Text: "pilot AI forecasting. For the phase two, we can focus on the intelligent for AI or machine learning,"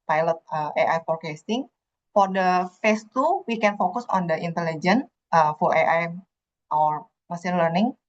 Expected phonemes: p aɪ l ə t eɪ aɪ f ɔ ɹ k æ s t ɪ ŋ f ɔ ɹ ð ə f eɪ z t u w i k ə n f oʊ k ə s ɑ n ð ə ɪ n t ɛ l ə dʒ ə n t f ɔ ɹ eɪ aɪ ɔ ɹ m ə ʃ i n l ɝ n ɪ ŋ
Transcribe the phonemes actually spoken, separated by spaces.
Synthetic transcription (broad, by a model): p aɪ l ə t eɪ aɪ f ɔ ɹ k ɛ s t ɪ ŋ f ɔ ɹ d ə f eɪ s t u w i k ə n f oʊ k ə s ɑ n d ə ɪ n t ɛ l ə dʒ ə n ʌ f ɔ ɹ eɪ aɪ ɔ ɹ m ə s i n l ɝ n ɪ ŋ